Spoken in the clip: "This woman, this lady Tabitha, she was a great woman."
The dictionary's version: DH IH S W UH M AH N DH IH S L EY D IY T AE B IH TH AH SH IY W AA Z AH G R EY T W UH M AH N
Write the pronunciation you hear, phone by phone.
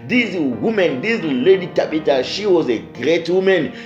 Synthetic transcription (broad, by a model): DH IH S W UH M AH N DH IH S L EY D IY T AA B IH T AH SH IY W AA Z AH G R EY T W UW M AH N